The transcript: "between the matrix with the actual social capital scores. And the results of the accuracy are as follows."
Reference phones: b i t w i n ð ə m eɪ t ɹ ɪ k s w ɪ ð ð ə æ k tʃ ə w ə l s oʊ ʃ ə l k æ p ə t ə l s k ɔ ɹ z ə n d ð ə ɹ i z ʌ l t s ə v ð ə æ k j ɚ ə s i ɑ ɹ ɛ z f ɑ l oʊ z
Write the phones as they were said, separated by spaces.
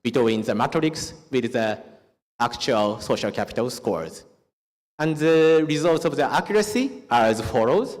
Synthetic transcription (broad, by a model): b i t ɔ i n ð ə m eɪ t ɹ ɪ k s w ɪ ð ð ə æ k tʃ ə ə l s oʊ ʃ ə l k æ p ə t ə l s k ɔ ɹ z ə n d ð ə ɹ i z ʌ l t s ə v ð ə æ k j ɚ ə s i ɑ ɹ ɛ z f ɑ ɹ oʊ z